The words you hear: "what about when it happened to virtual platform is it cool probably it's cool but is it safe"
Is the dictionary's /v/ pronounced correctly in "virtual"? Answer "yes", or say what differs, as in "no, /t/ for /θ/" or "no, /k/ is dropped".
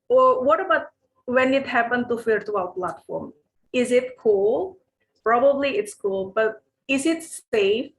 no, /f/ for /v/